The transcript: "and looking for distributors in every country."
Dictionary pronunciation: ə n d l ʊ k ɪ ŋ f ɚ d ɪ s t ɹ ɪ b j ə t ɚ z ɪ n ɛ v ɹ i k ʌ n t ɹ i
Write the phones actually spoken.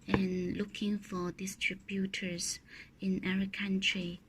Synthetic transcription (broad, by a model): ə n l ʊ k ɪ ŋ f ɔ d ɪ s t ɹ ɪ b j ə t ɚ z ɪ n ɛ ɹ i k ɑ n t ɹ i